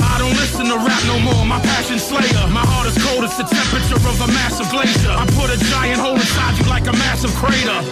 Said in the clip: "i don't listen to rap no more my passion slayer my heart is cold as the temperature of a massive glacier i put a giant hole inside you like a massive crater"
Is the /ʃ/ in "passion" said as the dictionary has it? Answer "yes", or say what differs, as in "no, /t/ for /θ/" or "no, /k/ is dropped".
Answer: yes